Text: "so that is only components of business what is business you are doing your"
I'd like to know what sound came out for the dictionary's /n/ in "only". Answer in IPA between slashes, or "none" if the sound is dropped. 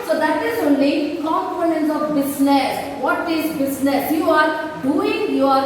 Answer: /n/